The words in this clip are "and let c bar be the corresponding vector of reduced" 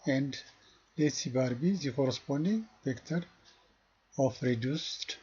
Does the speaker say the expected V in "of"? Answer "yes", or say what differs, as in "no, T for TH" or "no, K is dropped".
no, F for V